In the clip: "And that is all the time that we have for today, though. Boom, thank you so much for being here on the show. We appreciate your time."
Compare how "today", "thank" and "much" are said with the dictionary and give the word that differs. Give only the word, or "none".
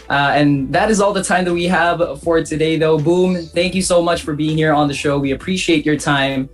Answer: none